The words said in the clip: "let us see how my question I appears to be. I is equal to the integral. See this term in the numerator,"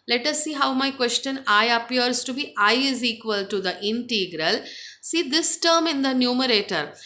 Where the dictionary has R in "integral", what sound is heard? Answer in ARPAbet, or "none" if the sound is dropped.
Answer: R